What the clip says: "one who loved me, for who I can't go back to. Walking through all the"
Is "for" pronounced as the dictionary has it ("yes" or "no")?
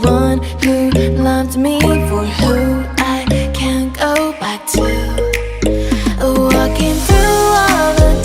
yes